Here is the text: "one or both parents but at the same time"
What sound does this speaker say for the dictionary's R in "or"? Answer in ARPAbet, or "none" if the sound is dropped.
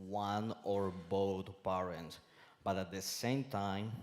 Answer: R